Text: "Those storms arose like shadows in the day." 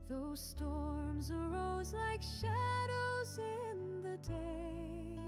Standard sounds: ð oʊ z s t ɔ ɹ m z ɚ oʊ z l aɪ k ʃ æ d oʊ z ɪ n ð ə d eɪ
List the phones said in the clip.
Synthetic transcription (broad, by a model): ð oʊ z s t ɔ ɹ m z ɚ oʊ z l aɪ k ʃ æ d oʊ z ɪ n ð ə d eɪ